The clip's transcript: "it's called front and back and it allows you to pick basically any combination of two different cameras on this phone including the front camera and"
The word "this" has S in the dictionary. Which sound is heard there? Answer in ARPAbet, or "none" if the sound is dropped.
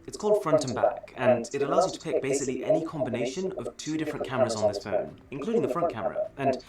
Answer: S